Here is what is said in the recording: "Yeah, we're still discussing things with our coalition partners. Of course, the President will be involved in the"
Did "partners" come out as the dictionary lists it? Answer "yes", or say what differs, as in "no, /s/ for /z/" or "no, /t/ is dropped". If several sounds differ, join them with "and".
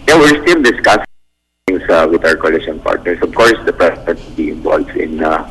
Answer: no, /s/ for /z/